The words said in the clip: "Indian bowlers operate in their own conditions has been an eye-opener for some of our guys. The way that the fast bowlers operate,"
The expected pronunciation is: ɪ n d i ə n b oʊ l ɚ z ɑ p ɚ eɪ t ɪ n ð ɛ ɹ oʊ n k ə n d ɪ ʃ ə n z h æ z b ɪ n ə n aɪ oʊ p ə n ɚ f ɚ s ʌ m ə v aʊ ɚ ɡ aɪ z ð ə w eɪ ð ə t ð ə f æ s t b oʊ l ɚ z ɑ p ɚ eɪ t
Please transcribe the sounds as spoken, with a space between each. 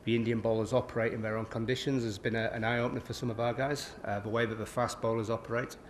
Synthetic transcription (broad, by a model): ɪ n d i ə n b oʊ l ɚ z ɑ p ɚ eɪ t ɪ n ð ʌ ɹ oʊ n k ə n d ɪ ʃ ə n z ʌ z b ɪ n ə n aɪ oʊ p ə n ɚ f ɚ s ʌ m ə v aʊ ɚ ɡ aɪ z ð ə w eɪ ð ə t ð ə f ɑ s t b oʊ l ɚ z ɑ p ɚ eɪ t